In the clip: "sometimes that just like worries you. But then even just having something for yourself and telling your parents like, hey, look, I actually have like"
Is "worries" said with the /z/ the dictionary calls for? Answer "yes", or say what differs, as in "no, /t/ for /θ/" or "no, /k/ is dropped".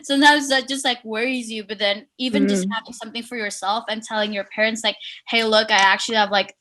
yes